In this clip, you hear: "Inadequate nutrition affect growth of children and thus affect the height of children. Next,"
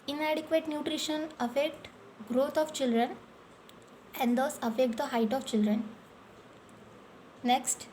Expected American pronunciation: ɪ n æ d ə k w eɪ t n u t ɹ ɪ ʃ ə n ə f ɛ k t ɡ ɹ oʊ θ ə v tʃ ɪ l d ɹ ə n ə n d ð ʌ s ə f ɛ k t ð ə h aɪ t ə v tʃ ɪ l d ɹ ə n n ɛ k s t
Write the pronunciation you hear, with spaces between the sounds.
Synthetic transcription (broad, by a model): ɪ n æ d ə k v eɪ t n u t ɹ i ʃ ə n ə f ɛ k t ɡ ɹ oʊ t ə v tʃ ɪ l d ɹ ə n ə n d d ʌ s ə f ɛ k t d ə h aɪ t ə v tʃ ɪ l d ɹ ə n n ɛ k s t